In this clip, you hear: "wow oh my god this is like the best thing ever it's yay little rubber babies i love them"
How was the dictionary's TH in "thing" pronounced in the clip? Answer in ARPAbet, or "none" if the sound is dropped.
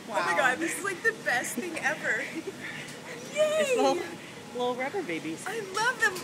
TH